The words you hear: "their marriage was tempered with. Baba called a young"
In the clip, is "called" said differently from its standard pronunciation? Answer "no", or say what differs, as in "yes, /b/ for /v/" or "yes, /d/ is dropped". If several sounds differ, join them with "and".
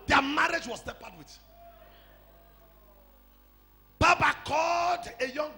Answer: no